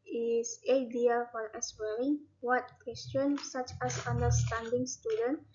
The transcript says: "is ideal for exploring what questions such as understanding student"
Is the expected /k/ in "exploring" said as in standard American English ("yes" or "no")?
no